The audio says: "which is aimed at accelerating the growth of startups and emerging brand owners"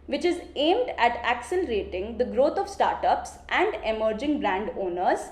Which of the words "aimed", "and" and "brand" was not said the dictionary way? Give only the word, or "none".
none